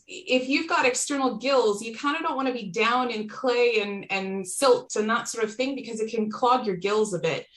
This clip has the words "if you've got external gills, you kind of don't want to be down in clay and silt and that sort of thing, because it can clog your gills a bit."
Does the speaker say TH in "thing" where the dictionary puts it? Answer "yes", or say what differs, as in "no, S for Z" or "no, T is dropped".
yes